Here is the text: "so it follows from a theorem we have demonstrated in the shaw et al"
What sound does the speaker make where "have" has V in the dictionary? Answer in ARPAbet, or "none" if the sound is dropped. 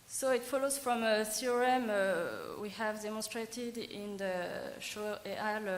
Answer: V